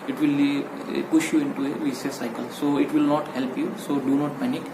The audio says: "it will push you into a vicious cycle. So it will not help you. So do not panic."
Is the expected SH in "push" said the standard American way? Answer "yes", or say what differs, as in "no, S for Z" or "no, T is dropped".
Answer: yes